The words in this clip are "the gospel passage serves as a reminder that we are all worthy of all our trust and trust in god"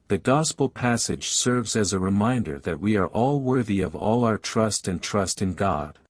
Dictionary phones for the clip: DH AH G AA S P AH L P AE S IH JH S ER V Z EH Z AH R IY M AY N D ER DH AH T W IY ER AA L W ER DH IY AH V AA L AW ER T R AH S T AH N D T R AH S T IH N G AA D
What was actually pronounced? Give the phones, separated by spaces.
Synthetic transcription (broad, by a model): DH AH G AA S P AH L P AE S IH JH S ER V Z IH Z AH R IY M AY N D ER DH AH T W IY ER AA L W ER DH IY AH V AA L AW ER T R AH S T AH N T R AH S T IH N G AA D